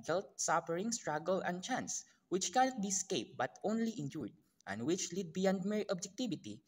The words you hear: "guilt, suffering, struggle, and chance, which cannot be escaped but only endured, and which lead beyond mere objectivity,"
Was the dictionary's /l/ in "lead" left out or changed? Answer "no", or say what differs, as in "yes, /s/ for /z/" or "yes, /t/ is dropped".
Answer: no